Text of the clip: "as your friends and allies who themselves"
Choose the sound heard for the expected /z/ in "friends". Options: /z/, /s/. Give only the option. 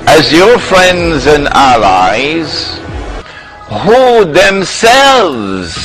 /z/